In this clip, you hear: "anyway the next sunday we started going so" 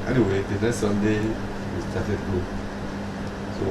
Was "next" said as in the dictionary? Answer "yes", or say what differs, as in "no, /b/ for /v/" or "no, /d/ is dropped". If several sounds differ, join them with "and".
no, /k/ is dropped